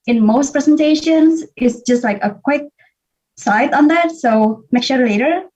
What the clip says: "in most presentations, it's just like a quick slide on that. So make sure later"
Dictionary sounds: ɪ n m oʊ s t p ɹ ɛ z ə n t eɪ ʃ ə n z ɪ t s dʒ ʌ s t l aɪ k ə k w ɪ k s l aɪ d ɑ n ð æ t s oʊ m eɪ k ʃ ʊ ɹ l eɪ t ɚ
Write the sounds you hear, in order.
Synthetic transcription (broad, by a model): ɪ n m oʊ s t p ɹ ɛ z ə n t eɪ ʃ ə n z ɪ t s dʒ ʌ s t l aɪ k ə k w ɪ k s aɪ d ɑ n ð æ t s oʊ m eɪ k ʃ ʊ ɹ l eɪ t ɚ